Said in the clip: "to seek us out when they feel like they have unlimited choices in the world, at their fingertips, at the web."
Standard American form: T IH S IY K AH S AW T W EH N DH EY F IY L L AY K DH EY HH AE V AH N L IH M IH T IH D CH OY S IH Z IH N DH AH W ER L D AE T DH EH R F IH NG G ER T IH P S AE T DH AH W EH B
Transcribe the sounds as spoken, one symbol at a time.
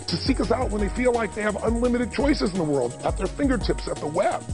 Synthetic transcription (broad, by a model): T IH S IY K AH S AW T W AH N DH EY F IY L L AY K DH EY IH V AH N L IH M IH T IH D CH OY S IH Z N DH AH W ER L D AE T DH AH R F IH NG G ER T IH P S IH T DH AH W EH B